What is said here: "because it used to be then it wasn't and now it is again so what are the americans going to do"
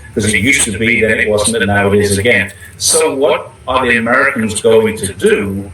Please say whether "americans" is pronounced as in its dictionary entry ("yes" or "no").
yes